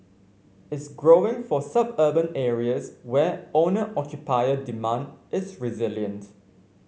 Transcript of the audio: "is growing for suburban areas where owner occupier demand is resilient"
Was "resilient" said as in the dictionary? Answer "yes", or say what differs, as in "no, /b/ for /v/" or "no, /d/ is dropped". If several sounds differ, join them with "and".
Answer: yes